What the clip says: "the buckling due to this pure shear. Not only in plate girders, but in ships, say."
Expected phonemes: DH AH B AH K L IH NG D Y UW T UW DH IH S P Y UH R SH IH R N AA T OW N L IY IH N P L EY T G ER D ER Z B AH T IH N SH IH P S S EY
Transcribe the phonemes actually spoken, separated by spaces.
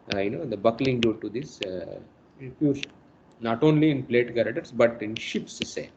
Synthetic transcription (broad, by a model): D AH B AH K L IH NG D Y UW T UW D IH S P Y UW R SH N N AA T OW N L IY IH N P L EY T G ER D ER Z B AH T IH N SH IH P S S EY